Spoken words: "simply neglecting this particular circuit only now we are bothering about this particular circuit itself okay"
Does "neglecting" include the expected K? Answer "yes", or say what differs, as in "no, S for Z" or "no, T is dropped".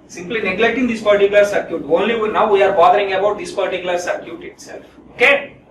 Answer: yes